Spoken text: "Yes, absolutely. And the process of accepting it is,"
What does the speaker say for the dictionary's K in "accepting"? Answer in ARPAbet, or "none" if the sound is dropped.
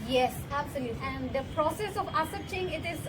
none